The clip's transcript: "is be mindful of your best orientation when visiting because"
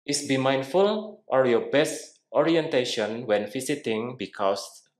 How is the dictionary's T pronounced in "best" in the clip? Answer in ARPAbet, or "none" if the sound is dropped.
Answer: T